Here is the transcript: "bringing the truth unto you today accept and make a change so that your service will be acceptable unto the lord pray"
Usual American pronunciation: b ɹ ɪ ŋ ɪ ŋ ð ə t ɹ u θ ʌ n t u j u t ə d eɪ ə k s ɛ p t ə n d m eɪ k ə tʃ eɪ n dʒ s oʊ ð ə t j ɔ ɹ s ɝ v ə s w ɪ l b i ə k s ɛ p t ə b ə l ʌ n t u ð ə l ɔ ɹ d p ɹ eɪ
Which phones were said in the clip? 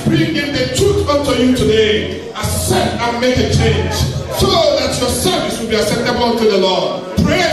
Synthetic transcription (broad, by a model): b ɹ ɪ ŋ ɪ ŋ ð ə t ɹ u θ ʌ n t u j u t ə d eɪ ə s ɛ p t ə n m eɪ k ə tʃ eɪ n dʒ s oʊ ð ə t j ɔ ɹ s ɝ v ə s w ɪ l b i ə s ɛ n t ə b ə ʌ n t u ð ə l ɔ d p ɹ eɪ